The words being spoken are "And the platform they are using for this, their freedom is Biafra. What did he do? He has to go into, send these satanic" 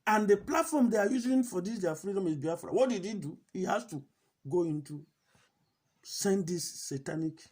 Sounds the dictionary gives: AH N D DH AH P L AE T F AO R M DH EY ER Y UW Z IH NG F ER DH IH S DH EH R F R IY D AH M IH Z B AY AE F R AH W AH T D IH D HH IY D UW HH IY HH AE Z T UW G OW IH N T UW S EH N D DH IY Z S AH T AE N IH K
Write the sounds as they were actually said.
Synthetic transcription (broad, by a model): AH N D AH P L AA T F AO M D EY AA Y UW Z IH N F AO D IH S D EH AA F R IY D AH M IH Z B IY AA F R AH W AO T D IH D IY D UW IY HH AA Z T UW G OW IH N T UW S EH N D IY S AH T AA N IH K